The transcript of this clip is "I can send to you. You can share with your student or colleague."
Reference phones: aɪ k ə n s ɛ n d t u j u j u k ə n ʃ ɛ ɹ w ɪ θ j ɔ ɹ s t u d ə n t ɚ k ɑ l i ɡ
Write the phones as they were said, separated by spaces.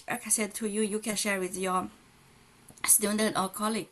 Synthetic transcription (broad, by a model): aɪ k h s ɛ d t u j u j u k ə n ʃ ɛ ɹ w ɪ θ j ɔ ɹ s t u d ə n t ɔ k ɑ l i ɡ